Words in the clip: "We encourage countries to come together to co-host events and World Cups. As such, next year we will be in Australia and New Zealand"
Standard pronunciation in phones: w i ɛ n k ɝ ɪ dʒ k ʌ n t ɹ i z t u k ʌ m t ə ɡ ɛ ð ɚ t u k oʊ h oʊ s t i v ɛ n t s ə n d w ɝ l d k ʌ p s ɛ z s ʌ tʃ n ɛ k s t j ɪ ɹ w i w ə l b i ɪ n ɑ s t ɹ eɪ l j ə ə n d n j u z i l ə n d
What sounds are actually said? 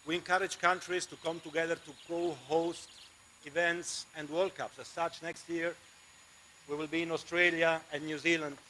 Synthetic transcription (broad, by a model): w i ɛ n k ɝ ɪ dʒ k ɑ n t ɹ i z t u k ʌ m t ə ɡ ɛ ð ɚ t u k oʊ h oʊ s t i v ɛ n t s ə n d w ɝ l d k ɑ p s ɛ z s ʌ tʃ n ɛ k s t j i ɹ w i w ə l b i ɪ n ɑ s t ɹ eɪ l j ə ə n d n j u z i l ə n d